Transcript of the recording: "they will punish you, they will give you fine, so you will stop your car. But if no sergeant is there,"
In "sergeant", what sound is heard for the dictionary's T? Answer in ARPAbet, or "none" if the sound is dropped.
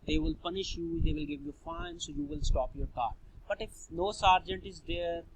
T